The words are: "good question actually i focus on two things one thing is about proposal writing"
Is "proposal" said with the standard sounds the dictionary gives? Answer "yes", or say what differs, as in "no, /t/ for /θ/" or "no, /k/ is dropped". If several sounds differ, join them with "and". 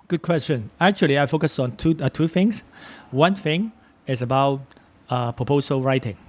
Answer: no, /s/ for /z/